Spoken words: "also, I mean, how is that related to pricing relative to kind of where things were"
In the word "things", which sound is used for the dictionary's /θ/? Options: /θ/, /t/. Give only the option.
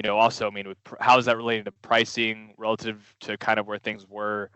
/θ/